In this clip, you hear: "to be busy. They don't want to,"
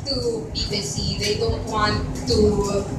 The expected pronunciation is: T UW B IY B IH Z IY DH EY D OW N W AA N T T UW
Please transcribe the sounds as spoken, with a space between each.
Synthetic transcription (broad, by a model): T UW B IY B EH S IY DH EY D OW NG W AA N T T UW